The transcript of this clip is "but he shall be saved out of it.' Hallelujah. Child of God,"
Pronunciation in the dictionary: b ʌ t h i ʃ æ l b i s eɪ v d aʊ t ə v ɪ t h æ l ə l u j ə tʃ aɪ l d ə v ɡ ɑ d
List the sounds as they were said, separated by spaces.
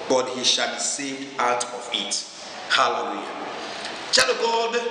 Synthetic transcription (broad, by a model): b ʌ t h i ʃ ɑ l b i s eɪ v d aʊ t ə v ɪ t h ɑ l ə w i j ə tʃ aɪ d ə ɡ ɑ d